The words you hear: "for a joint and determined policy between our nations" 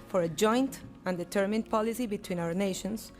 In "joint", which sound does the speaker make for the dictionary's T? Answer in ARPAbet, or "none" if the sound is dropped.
T